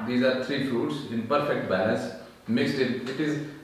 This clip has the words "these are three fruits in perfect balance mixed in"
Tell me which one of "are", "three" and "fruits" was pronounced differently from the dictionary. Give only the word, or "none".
three